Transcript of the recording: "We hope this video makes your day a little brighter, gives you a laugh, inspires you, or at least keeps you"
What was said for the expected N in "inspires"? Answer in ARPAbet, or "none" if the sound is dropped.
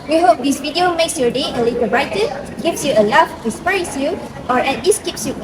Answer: none